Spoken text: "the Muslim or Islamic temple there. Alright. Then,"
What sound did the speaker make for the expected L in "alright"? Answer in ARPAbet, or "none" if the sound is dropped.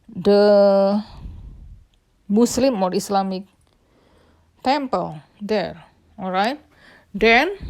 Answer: L